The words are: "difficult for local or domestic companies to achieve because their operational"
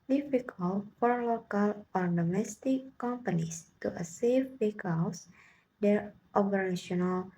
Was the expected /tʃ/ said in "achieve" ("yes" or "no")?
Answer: no